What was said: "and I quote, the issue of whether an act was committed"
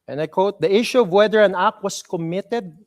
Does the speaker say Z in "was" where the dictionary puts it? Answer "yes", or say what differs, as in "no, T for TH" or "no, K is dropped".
no, S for Z